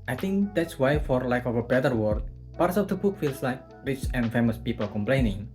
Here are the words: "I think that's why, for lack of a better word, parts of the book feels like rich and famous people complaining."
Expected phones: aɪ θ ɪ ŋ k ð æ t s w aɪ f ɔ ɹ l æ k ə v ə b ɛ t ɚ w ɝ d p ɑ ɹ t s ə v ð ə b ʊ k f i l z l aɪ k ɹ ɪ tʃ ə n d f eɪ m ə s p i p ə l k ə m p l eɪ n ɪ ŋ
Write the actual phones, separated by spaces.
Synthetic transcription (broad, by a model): aɪ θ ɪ ŋ k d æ t s w aɪ f ɔ ɹ l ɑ k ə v ə b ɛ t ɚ w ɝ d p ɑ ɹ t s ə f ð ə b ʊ k f i l s l aɪ k ɹ ɪ tʃ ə n f eɪ m ə s p i p ə l k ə m p l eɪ n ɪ ŋ